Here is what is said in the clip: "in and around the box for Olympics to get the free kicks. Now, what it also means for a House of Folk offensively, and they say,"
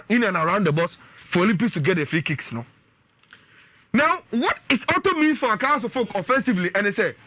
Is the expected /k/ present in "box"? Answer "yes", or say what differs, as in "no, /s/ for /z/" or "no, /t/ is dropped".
no, /k/ is dropped